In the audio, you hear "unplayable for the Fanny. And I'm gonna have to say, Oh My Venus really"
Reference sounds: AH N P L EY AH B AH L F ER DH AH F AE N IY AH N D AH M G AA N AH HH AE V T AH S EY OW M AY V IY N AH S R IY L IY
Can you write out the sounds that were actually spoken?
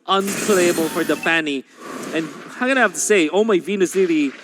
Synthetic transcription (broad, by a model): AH N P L EY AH B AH L F ER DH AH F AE N IY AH N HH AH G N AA AH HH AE F T AH S EY OW M AY V IY N AH S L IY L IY